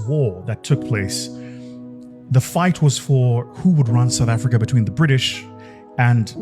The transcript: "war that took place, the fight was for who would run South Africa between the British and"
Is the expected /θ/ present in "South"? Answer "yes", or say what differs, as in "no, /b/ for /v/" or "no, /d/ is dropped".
yes